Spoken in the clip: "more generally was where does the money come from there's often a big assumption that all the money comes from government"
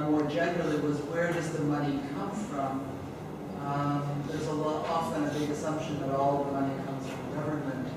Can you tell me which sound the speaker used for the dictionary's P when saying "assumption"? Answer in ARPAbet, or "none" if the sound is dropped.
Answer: P